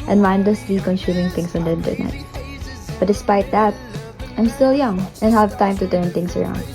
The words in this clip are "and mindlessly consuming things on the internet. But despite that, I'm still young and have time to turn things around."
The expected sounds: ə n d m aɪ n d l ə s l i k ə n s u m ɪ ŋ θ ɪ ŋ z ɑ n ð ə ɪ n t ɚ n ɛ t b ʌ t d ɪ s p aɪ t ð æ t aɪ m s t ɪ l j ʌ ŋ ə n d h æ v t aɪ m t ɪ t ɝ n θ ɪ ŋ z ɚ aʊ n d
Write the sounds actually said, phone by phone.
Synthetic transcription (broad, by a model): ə n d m aɪ n d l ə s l i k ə n ʃ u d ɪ ŋ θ ɪ ŋ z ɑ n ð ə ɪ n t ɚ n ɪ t b ʌ t d ɪ s p aɪ t ð æ t aɪ m s t ɪ l j ʌ ŋ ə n h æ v t aɪ m t ɪ t ɝ n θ ɪ ŋ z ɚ aʊ n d